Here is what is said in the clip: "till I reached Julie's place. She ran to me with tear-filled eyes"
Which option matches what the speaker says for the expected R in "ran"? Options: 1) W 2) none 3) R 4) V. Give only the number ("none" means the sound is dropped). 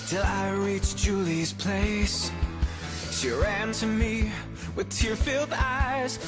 3